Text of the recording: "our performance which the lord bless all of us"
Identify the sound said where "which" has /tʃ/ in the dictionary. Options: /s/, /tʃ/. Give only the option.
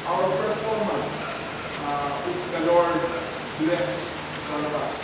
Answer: /s/